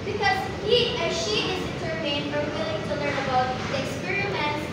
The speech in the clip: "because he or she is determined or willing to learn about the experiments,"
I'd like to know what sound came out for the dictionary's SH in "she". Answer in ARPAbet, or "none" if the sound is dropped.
SH